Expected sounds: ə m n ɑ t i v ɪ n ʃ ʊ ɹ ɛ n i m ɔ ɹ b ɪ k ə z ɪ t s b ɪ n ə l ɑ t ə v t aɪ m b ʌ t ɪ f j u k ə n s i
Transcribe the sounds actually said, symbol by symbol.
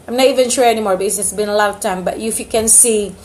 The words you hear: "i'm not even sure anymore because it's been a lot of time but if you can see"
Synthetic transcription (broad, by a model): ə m n ɑ t i v ɪ n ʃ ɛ ɛ n i m ɔ ɹ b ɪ ə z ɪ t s b ɪ n ə l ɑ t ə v t aɪ m b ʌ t ɪ f j u k ə n s i